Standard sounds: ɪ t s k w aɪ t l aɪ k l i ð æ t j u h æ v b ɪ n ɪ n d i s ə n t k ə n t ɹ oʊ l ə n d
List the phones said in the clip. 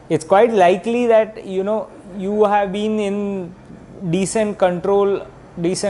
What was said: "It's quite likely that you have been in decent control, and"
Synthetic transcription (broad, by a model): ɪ t s k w aɪ t l aɪ k l i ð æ t j u h æ v b ɪ n ɪ n d i s ə n t k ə n t ɹ oʊ l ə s